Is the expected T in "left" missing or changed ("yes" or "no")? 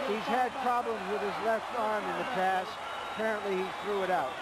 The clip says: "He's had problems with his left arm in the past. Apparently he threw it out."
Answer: no